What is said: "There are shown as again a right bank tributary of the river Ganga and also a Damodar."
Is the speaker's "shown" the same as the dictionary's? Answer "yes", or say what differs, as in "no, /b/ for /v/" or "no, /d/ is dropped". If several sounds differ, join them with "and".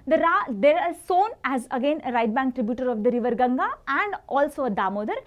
no, /s/ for /ʃ/